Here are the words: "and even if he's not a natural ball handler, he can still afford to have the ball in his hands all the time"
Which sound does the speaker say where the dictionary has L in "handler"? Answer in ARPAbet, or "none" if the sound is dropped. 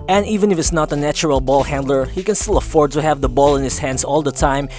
L